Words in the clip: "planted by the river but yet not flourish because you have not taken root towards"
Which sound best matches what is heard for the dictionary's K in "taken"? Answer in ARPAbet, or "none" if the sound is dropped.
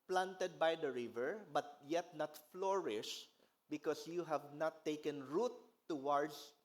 K